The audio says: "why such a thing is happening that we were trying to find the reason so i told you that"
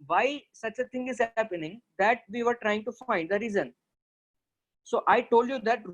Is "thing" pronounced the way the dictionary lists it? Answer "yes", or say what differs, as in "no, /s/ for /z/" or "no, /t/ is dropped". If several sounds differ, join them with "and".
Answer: no, /t/ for /θ/